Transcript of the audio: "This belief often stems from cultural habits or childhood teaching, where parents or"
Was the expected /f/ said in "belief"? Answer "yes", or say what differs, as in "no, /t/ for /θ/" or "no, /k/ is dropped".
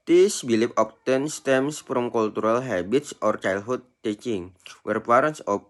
no, /p/ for /f/